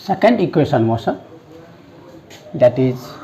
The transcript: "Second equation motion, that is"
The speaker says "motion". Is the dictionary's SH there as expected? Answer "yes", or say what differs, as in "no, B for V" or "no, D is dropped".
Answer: no, S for SH